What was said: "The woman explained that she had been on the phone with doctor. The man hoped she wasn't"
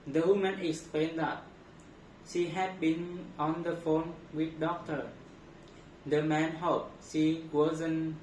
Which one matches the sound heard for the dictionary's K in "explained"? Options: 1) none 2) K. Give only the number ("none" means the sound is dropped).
2